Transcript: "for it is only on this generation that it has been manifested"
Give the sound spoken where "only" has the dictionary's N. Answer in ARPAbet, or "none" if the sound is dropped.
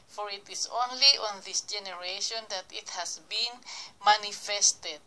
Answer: N